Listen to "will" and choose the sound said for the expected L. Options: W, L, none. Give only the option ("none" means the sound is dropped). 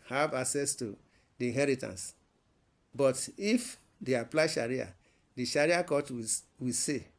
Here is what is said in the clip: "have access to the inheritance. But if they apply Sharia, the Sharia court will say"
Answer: W